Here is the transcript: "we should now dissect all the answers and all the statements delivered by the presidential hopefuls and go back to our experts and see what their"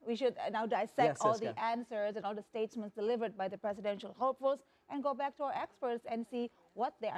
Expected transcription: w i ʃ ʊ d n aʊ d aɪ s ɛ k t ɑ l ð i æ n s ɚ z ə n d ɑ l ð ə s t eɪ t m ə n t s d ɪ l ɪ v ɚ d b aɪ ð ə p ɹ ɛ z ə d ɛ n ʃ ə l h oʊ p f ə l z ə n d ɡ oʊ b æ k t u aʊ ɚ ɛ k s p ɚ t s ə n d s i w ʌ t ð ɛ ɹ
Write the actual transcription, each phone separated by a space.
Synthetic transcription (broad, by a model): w i ʃ ʊ d n aʊ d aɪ s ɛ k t ɑ l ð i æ n s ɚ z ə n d ɑ l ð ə s t eɪ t m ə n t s d ɪ l ɪ v ɚ d b aɪ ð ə p ɹ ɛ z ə d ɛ n ʃ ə l h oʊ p f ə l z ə n ɡ oʊ b æ k t u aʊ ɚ ɛ k s p ɚ t s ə n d s i w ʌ t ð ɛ